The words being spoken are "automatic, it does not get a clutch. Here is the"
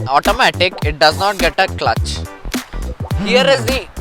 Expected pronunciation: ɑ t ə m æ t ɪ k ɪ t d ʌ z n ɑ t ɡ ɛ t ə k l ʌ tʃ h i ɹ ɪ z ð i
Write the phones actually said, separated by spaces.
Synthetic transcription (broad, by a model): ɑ t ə m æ t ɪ k ɪ t d ʌ z n ɑ t ɡ ɛ t ə k l ʌ tʃ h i ɹ ɪ z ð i